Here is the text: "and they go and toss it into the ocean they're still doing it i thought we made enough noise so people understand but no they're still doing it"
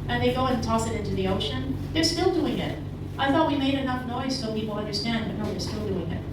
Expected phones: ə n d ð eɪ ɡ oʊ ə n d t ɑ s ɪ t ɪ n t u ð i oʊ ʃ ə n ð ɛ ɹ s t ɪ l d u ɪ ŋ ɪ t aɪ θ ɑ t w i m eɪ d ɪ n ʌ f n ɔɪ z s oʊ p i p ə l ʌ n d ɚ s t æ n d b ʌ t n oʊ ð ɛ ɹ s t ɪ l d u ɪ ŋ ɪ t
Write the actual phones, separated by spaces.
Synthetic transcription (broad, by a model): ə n ð eɪ ɡ oʊ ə n t ɑ s ɪ t ɪ n t u ð i oʊ ʃ ə n ð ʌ ɹ s t ɪ l d u ɪ ŋ ɪ t aɪ θ ɑ t w i m eɪ d ɪ n ʌ f n ɔɪ z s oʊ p i p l ʌ n d ɚ s t æ n d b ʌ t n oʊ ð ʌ ɹ s t ɪ l d u ɪ ŋ ɪ t